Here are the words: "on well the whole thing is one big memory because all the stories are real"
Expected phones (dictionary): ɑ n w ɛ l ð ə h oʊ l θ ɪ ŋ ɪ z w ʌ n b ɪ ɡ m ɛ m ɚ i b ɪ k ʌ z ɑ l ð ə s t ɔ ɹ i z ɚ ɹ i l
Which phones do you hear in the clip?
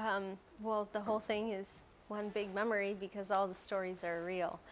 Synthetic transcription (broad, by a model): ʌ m w ɛ l ð ə h oʊ l θ ɪ ŋ ɪ z w ʌ n b ɪ ɡ m ɛ m ɚ i b ɪ k ʌ z ɑ l ð ə s t ɔ ɹ i z ɚ ɹ i l